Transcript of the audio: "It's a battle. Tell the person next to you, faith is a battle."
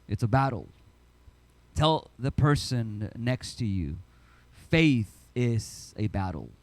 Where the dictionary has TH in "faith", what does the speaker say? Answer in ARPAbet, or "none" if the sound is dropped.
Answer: TH